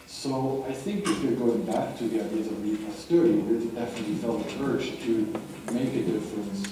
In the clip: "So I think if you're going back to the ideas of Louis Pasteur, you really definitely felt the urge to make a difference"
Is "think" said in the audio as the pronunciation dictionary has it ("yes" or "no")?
yes